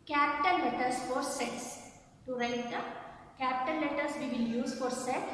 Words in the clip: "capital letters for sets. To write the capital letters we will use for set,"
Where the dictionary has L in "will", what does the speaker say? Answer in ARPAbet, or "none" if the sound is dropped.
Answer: N